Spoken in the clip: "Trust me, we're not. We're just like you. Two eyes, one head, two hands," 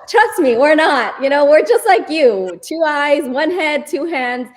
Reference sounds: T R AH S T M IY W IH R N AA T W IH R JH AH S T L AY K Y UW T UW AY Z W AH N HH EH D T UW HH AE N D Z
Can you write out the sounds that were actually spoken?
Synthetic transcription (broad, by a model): T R AH S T M IY W IH R N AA T W IH R JH AH S T L AY K Y UW T UW AY Z W AH N HH EH D T UW HH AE N D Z